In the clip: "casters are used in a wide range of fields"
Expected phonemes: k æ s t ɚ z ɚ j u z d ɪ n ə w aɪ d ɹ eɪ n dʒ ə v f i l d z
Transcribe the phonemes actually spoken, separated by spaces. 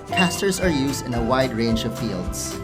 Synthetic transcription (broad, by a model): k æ s t ɚ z ɚ j u z d ɪ n ə w aɪ d ɹ eɪ n dʒ ə v f i l d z